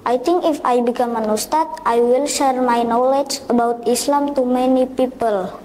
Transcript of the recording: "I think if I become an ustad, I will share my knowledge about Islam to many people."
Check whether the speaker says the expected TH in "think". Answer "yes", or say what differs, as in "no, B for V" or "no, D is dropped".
no, T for TH